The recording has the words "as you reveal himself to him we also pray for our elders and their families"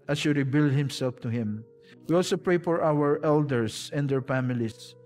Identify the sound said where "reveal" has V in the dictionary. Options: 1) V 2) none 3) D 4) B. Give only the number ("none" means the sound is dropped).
4